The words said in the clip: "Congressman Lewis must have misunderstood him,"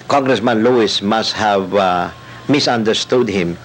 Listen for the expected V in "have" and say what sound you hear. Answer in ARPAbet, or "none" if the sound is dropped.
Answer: V